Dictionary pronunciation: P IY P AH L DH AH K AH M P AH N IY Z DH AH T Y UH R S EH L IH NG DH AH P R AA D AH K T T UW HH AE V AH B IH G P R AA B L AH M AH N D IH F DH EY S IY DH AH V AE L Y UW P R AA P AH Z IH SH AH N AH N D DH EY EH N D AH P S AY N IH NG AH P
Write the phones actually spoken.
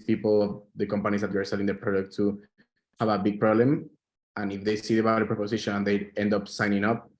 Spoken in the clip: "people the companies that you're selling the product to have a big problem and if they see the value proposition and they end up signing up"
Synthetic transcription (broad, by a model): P IY P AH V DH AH K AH M P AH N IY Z DH AH T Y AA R S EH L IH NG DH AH P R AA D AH K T T UW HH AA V AH B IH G P R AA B L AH M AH N IH F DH EY S IY DH AH B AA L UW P R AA P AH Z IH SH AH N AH N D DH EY EH N D AH P S AY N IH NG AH P